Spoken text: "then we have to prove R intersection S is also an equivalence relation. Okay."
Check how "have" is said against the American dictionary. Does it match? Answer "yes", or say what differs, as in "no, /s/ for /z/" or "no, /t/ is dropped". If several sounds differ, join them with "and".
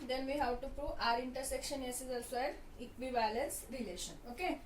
no, /w/ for /v/